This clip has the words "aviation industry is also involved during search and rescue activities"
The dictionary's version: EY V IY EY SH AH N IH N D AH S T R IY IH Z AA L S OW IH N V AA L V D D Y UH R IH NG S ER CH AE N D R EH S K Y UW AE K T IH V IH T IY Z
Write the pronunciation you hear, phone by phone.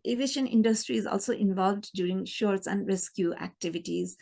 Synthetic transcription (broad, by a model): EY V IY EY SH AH N IH N D AH S T R IY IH Z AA L S OW IH N V AA L V D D Y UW R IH NG SH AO S AE N D R EH S K Y UW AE K T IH V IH T IY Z